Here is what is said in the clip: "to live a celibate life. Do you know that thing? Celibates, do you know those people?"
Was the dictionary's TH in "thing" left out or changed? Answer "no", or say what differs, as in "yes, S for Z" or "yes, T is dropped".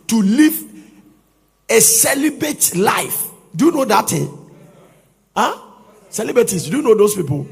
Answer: yes, T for TH